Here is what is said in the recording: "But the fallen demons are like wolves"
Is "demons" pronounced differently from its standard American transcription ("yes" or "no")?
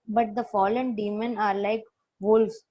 yes